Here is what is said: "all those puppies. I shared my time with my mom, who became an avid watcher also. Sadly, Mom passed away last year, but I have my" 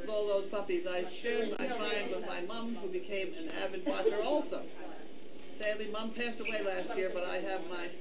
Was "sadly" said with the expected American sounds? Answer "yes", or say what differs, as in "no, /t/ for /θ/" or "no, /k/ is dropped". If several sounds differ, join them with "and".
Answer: yes